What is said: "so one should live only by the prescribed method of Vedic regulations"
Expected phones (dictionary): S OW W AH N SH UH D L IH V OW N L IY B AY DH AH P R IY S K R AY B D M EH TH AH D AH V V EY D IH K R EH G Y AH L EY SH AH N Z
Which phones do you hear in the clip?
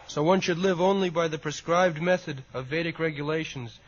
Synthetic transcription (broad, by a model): S OW W AH N SH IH D L IH V OW N L IY B AY DH AH P R IY S K R AY B D M EH TH AH D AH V V EY D IH K R EH G Y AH L EY SH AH N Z